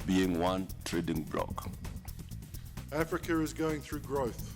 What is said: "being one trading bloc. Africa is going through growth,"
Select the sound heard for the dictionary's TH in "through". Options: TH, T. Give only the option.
TH